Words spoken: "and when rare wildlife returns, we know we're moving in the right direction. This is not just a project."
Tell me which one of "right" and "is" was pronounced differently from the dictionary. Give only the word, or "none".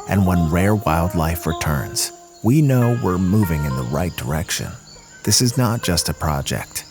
none